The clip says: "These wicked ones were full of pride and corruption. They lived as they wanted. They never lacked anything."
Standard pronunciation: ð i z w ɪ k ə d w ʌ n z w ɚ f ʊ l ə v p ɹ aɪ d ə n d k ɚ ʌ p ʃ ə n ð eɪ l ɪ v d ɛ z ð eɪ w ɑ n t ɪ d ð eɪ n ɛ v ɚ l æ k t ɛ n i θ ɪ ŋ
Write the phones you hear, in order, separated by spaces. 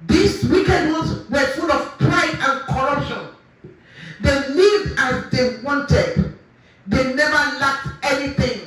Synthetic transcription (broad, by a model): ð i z w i k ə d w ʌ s w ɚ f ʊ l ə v p ɹ aɪ d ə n k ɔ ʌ p ʃ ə n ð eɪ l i d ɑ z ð eɪ w ɑ n t ɪ d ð eɪ n ɛ v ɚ l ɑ k t ɛ n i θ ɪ ŋ